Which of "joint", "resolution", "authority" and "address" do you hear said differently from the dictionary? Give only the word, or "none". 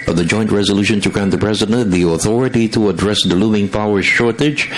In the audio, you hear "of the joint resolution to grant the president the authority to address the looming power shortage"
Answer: none